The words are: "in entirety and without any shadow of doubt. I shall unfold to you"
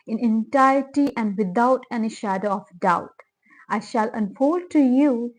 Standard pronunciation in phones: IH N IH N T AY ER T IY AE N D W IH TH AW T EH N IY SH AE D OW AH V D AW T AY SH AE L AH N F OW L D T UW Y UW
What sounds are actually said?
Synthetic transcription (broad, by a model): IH N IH N T AY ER T IY AE N D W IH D AW T EH N IY SH AE D OW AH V D AW T AY SH AE L AH N F OW L D T UW Y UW